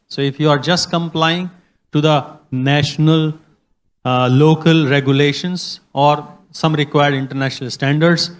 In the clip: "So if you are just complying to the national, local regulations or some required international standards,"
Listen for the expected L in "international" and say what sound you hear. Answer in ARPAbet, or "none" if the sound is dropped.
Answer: L